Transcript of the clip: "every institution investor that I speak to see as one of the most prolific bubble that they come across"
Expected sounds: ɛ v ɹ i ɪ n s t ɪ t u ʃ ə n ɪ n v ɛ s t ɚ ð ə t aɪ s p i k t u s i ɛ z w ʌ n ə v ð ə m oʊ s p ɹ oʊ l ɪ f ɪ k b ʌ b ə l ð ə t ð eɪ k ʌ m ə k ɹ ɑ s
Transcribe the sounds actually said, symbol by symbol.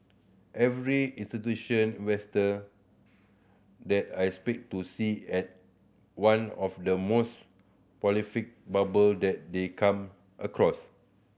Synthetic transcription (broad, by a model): ɛ v ɹ i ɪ n s t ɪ t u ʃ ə n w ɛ s t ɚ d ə t aɪ s p i k t u s i ɛ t w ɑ n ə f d ə m oʊ s p oʊ l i f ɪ k b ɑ b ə l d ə t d eɪ k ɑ m ə k ɹ ɑ s